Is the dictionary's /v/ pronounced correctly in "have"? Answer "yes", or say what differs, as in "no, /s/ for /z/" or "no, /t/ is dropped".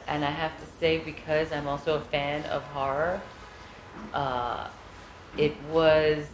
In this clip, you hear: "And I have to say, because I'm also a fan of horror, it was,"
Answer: no, /f/ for /v/